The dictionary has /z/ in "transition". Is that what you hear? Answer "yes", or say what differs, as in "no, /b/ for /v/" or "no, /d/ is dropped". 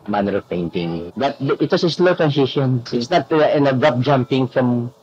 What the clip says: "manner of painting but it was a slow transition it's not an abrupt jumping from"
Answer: no, /s/ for /z/